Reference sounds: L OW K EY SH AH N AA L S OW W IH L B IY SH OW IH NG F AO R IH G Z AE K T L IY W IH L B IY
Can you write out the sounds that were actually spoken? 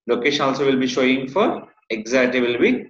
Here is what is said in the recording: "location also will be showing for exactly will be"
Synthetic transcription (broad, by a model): L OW K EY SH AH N AA L S OW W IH L B IY SH OW IH NG F AO R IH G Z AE T IY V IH L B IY